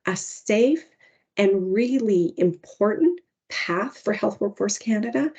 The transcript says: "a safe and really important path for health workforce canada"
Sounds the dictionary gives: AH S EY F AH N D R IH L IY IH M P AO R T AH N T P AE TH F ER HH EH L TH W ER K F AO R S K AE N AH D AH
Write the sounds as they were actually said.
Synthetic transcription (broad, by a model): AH S EY F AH N R IH L IY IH M P AO R T N P AE TH F ER HH EH L TH W ER K F AO R S K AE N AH D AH